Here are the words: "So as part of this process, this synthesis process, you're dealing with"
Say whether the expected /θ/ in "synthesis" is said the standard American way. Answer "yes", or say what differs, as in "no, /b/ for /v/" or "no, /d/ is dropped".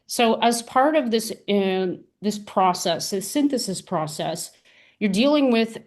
yes